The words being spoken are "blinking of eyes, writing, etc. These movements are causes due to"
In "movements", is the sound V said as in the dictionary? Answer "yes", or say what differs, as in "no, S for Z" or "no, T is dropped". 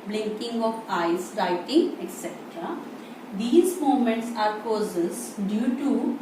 no, V is dropped